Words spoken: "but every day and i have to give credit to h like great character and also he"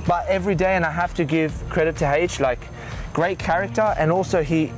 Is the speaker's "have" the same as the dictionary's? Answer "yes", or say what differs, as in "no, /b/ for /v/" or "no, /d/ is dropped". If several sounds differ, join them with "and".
no, /f/ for /v/